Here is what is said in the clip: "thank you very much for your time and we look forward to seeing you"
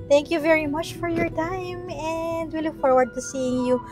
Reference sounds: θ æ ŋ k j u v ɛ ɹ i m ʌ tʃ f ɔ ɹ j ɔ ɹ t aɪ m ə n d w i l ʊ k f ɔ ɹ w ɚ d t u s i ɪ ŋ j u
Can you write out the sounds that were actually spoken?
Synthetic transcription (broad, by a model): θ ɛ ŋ k j u v ɛ ɹ i m ʌ tʃ f ɔ ɹ j ɔ ɹ t aɪ m ə n d w i l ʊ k f ɔ ɹ w ɚ d t u s i ɪ ŋ j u